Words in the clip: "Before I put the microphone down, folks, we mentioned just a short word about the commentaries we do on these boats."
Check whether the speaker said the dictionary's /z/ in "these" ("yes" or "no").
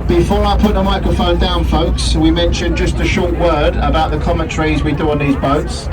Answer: yes